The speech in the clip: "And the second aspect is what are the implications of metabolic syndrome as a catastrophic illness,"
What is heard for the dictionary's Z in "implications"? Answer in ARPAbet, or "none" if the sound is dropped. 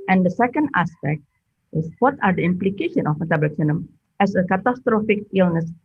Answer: none